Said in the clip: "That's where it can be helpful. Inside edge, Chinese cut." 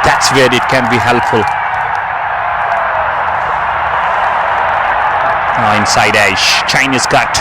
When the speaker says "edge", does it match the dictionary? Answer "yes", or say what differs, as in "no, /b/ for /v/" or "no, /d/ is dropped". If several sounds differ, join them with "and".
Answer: no, /ʃ/ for /dʒ/